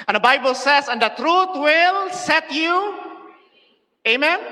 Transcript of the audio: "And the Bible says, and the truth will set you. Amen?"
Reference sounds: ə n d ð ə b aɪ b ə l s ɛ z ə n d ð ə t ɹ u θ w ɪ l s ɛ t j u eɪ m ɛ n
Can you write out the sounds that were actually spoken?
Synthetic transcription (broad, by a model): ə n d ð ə b aɪ b ə l s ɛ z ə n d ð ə t ɹ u t w ɪ l s ɛ t j u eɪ m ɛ n